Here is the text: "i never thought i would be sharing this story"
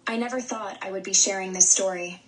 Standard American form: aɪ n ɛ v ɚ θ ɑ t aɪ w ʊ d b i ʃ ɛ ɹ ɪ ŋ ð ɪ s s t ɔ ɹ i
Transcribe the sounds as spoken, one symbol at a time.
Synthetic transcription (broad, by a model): aɪ n ɛ v ɚ θ ɑ t aɪ w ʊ d b i ʃ ɛ ɹ ɪ ŋ ð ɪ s s t ɔ ɹ i